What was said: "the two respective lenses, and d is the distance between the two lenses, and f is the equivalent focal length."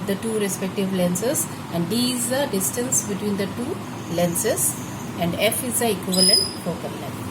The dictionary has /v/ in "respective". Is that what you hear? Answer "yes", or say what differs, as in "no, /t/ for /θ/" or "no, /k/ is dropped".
yes